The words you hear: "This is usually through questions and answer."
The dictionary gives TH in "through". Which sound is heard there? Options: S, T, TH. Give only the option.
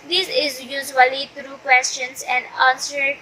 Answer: T